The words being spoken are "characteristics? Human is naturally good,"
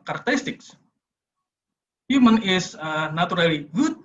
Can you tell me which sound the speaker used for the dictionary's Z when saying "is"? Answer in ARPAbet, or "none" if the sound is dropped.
S